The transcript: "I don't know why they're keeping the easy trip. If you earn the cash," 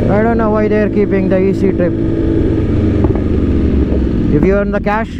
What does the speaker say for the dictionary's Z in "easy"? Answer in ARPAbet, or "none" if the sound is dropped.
S